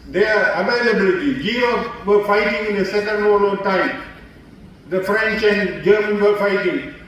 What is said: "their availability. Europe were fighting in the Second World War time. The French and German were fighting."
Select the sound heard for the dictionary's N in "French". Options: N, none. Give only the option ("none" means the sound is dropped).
N